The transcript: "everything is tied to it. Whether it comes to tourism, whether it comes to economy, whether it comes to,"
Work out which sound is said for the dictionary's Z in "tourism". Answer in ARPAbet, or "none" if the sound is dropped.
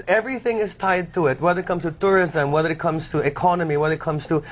Z